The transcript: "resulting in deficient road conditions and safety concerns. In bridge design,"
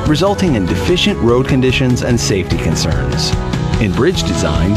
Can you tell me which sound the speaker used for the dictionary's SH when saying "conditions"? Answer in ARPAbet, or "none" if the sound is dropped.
SH